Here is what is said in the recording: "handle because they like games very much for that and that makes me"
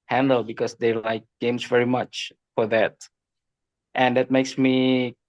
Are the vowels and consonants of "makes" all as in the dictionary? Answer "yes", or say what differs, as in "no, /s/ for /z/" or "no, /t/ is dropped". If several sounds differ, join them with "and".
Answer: yes